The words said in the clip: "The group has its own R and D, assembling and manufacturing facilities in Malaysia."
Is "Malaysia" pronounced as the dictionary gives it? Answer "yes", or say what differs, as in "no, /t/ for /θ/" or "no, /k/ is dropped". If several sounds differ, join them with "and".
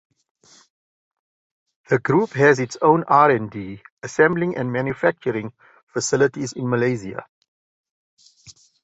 no, /z/ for /ʒ/